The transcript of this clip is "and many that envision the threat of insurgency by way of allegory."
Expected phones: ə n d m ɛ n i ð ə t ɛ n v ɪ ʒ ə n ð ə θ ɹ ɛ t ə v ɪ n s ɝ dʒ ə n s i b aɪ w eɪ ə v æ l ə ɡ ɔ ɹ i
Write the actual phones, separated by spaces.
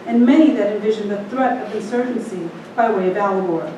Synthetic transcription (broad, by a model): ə n m ɛ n i ð ə t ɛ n v ɪ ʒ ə n ð ə θ ɹ ɛ t ə v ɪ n s ɝ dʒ n s i b aɪ w eɪ ə v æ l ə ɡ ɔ ɹ